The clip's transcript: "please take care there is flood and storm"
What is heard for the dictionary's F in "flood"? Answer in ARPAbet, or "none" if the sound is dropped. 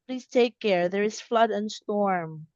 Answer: F